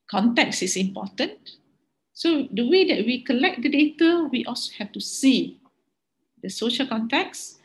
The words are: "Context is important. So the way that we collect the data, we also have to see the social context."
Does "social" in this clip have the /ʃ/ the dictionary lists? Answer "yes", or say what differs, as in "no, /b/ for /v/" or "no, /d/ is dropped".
yes